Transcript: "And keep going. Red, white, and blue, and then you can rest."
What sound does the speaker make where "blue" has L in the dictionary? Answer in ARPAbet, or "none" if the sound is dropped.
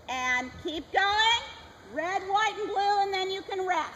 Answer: L